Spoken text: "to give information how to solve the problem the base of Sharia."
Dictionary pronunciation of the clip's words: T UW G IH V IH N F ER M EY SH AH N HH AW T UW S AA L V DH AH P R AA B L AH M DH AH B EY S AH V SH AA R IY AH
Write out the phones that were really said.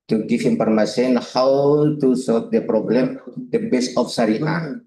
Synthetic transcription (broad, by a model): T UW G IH F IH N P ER M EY S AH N HH AW T UW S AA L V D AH P R AA B L AH M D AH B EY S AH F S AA R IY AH